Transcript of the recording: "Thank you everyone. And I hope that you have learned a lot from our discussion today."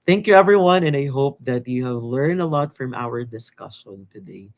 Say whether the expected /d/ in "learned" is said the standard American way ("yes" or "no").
yes